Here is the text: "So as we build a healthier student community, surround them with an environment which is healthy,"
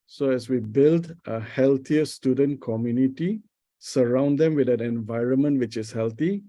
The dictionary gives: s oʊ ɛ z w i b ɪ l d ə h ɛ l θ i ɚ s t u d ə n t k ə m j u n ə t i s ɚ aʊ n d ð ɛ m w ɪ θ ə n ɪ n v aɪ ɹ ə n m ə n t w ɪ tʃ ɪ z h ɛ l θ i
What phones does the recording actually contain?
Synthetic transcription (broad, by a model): s oʊ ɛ s w i b ɪ l d ə h ɛ l t i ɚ s t u d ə n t k ə m j u n ə t i s ɚ aʊ n d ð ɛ m w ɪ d ə n ɪ n v aɪ ɹ ə n m ə n t w ɪ tʃ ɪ s h ɛ l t i